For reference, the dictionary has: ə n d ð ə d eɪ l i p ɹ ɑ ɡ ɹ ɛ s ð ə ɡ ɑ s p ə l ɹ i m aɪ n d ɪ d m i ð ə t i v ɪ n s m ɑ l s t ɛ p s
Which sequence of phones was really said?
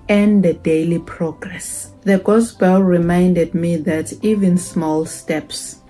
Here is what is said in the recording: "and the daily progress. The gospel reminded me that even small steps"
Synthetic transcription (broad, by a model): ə n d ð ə d eɪ l i p ɹ ɑ ɡ ɹ ɛ s ð ə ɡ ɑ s b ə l ɹ i m aɪ n d ɪ d m i ð ə t i v ɪ n s m ɑ l s t ɛ p s